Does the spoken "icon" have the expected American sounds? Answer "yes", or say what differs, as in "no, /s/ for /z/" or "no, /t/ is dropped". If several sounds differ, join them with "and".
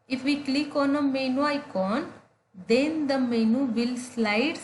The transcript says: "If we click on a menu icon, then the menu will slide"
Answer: yes